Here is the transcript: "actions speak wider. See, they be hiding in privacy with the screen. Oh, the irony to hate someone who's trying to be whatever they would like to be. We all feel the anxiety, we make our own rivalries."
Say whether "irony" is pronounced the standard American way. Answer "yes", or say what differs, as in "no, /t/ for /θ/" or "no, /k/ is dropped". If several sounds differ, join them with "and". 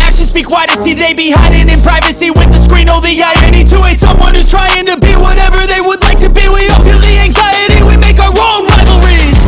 no, /ɹ/ is dropped